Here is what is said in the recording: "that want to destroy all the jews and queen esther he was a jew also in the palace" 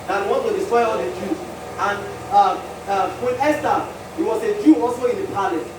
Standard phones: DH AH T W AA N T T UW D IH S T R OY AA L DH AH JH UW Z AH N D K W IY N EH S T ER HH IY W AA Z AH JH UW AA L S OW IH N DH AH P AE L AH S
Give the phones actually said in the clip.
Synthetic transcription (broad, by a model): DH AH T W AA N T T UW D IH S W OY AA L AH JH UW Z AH N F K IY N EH S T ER HH IY W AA S AH JH UW AA L S OW IH N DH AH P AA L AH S